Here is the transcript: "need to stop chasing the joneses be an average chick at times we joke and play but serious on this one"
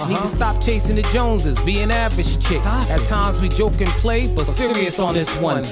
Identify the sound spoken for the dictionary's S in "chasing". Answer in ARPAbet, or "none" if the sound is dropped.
S